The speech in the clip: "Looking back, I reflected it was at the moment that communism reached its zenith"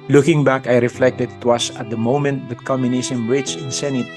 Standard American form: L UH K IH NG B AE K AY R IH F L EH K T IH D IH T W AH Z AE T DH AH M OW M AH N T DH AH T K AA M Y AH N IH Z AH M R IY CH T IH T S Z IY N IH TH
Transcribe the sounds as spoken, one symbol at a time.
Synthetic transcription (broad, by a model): L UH K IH NG B AE K AY R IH F L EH K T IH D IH T W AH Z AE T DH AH M OW M AH N T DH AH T K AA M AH N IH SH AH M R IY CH IH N S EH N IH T